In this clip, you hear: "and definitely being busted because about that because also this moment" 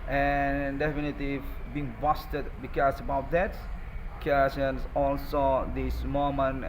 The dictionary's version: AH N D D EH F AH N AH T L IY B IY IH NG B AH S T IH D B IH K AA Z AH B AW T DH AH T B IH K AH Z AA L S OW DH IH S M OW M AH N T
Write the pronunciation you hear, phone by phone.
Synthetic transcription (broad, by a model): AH N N D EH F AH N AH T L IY B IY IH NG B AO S T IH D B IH K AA S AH B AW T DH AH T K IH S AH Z AA L S OW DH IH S M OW M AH N